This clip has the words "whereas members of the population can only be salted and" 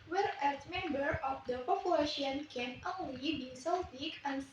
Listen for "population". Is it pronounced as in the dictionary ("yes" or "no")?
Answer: no